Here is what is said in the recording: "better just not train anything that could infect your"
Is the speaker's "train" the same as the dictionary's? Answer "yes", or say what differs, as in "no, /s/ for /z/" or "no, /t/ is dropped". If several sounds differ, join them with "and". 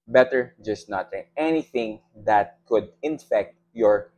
no, /ɹ/ is dropped